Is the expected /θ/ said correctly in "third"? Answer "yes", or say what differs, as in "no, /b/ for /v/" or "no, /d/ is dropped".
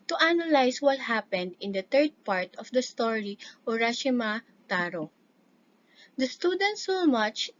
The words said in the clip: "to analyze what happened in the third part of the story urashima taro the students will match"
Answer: no, /t/ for /θ/